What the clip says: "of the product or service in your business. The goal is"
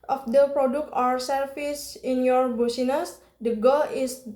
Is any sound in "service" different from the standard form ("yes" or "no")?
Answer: yes